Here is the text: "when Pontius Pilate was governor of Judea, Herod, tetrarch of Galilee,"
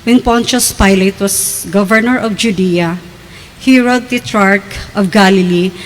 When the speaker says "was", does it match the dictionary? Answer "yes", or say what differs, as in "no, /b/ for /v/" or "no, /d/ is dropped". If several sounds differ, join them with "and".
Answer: no, /s/ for /z/